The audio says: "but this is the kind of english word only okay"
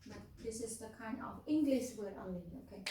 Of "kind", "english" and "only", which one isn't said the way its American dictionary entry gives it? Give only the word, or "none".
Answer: only